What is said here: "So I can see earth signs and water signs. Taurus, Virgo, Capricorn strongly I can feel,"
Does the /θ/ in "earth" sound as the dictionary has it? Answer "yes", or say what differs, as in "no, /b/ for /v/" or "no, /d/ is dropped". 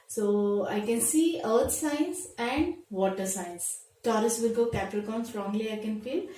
no, /t/ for /θ/